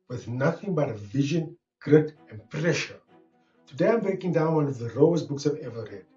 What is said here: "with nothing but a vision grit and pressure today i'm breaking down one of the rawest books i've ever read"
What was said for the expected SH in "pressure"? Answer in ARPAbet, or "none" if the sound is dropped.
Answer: SH